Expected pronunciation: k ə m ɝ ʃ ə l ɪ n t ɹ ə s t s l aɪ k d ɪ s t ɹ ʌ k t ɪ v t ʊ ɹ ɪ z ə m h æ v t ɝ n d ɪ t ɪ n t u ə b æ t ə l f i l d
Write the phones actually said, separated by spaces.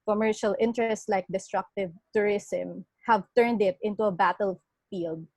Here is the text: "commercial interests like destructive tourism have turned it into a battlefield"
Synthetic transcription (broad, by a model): k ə m ɝ ʃ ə l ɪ n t ɹ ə s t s l aɪ k d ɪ s t ɹ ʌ k t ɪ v t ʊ ɹ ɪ s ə m h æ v t ɝ n d ɪ t ɪ n t u ə b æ t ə l f i l d